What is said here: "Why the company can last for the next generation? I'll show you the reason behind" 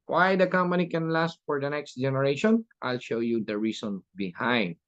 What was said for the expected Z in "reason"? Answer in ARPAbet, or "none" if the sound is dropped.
S